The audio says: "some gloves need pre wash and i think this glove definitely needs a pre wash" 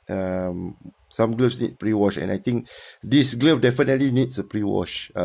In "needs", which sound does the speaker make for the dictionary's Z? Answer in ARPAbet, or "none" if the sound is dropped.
S